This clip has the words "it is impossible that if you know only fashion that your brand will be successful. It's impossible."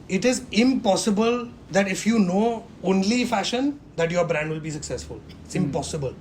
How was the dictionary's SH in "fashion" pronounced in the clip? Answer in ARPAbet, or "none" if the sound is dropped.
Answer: SH